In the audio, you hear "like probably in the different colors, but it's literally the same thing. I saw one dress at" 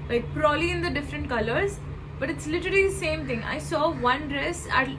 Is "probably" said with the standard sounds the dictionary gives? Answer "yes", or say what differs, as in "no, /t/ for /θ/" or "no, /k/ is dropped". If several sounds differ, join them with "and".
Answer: no, /b/ is dropped